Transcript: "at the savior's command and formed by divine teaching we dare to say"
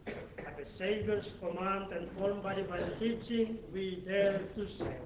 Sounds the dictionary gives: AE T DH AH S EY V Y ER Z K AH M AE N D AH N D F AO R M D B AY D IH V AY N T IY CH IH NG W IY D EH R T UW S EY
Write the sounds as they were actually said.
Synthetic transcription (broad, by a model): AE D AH S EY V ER S K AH M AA N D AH N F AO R M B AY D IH B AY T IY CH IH NG W IY D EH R T UW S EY